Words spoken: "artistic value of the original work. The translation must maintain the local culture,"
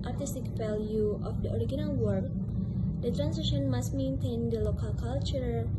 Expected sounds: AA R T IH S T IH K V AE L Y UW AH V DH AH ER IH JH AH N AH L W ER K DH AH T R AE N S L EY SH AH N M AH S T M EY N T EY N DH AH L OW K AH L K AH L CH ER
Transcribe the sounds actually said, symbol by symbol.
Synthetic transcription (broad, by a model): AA R T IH S T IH K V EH L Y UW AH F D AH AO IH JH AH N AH L W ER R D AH T R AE N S EY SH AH N M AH S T M EY N T EY N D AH L OW K AH L K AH L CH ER